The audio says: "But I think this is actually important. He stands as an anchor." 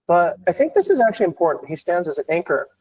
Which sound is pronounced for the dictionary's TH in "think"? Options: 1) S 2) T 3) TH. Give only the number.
3